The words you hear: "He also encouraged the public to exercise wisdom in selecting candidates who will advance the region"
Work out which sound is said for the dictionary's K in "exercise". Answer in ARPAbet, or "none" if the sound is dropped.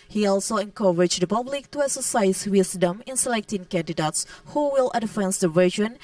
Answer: none